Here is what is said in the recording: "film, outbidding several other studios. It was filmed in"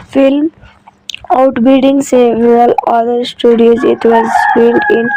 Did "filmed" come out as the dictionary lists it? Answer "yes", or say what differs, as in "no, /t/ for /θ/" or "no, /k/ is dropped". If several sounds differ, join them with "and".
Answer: no, /p/ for /f/